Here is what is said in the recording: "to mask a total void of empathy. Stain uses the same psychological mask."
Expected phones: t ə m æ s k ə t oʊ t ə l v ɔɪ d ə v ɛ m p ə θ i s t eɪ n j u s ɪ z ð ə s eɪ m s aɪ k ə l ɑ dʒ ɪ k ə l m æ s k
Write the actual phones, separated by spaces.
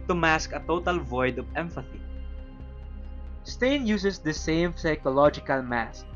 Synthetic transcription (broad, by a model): t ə m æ s k ə t oʊ t ə l v ɔɪ d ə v ɛ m f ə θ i s t eɪ n j u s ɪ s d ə s eɪ m s aɪ k ə l ɑ dʒ ɪ k ə l m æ s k